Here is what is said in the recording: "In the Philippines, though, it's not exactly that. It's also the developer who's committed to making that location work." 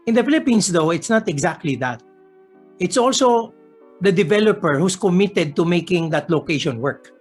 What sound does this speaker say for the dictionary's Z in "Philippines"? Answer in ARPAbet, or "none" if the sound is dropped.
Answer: S